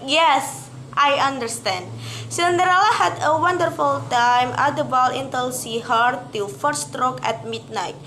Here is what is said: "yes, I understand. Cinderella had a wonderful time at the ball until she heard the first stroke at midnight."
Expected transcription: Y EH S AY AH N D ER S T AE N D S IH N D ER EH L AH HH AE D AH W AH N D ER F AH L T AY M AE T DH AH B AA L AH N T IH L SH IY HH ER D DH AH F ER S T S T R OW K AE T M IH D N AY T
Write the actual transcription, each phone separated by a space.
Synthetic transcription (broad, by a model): Y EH S AY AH N D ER S T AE N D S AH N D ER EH L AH HH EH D AH W AH N D ER F AH L T AY M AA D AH B AA L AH N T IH L S IY HH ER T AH F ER T S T R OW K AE T M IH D N AY T